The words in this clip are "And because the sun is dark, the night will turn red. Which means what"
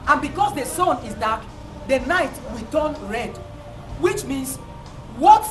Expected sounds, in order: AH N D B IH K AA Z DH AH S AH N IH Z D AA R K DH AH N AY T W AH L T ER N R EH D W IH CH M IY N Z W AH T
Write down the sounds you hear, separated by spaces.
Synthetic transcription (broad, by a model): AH N B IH K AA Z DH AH S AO N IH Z D AA K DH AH N AY T W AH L T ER N R EH D W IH CH M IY N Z W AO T